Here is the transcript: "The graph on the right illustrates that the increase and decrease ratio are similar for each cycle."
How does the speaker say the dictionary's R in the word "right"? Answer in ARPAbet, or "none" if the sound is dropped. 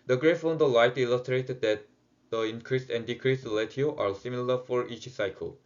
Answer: L